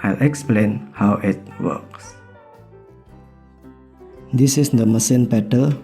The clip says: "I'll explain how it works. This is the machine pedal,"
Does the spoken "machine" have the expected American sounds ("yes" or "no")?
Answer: no